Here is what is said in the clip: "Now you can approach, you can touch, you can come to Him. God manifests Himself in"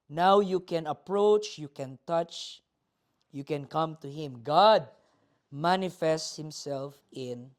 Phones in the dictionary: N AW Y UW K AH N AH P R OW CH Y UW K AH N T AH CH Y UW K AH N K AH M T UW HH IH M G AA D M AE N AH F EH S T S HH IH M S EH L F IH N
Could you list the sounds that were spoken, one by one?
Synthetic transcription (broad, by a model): N AW Y UW K AH N AH P R OW CH Y UW K AH N T AH CH Y UW K AH N K AH M T UW HH IH M G AA D M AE N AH F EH S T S HH IH M S EH L F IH N